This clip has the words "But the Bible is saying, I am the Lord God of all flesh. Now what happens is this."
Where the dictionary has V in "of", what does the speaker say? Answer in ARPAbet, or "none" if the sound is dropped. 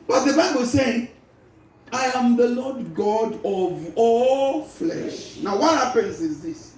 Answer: V